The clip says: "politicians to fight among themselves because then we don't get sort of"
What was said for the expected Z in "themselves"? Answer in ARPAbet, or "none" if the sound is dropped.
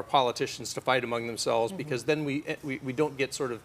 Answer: Z